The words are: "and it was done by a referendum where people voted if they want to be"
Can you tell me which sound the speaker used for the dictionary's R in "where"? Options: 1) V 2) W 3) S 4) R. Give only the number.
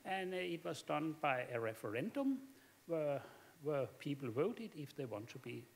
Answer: 2